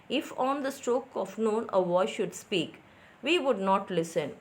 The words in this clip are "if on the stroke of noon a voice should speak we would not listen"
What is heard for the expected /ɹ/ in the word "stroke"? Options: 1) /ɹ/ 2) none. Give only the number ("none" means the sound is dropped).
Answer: 1